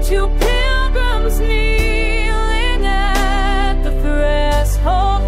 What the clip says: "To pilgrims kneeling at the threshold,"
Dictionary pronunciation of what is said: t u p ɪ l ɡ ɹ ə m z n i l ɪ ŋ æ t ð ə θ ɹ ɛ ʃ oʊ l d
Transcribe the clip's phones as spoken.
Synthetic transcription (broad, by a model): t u p ɪ l ɡ ɹ ə m z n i l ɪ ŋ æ t ð ə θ ɹ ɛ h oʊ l